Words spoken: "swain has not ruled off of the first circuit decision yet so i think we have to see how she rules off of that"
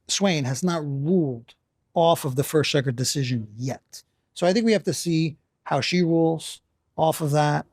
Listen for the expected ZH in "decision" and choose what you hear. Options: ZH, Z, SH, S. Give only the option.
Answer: ZH